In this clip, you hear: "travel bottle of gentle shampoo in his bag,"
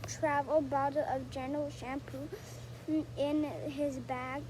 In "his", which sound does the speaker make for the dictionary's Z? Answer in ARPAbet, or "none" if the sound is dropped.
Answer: Z